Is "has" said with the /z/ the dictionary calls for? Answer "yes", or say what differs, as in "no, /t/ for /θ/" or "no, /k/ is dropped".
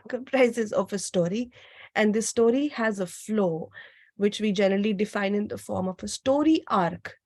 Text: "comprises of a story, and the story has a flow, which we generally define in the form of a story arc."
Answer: yes